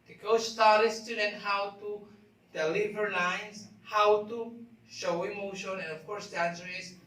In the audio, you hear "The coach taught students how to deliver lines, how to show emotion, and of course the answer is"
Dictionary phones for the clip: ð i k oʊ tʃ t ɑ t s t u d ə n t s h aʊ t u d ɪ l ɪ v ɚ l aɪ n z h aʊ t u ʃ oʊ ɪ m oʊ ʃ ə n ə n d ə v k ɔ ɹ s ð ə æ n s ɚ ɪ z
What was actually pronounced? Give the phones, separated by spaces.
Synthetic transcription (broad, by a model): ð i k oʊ s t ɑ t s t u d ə n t h aʊ t u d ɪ l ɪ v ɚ l aɪ n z h aʊ t u ʃ oʊ ɪ m oʊ ʃ ə n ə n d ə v k ɔ ɹ s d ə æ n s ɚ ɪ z